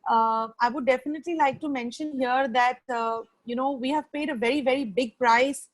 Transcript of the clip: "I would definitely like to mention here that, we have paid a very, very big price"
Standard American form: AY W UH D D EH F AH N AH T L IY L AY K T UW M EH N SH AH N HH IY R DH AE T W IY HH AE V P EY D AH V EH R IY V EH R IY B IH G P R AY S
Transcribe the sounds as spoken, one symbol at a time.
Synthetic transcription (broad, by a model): AY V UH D D EH F AH N AH T L IY L AY K T UW M EH N SH AH N HH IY R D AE T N IY HH AE V P EY D AH V EH R IY V EH R IY B IH G P R AY S